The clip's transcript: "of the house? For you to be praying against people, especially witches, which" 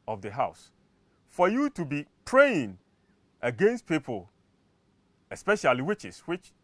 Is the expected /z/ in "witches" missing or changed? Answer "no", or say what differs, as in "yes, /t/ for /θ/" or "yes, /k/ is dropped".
yes, /s/ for /z/